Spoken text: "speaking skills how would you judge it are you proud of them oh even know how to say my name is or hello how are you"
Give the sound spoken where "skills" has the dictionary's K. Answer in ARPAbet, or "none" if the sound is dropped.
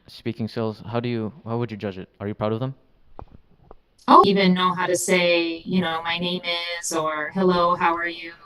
none